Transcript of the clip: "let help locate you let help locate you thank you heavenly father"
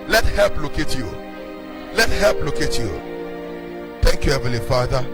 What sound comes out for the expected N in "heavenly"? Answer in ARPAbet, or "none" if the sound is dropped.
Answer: none